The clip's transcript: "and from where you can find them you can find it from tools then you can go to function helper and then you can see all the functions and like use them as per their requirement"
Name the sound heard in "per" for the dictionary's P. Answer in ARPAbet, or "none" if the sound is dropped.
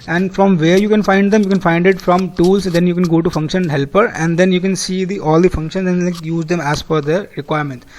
F